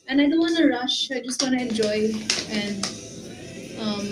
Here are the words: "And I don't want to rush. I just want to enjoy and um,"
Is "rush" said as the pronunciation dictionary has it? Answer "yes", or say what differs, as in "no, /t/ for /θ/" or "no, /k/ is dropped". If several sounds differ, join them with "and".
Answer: yes